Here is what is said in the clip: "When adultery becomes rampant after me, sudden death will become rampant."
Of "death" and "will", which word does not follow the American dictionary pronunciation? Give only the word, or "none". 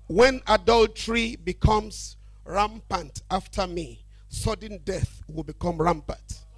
none